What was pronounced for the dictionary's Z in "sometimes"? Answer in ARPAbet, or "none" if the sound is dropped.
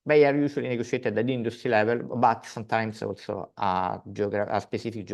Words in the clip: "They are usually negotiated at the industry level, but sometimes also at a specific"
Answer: S